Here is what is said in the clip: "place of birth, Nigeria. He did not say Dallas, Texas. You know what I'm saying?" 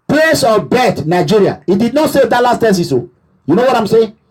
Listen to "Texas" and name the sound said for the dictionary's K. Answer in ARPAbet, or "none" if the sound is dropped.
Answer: none